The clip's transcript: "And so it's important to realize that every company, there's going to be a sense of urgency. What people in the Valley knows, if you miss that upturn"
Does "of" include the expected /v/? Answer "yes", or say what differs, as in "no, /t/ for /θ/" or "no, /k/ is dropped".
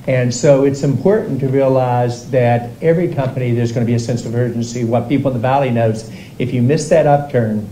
yes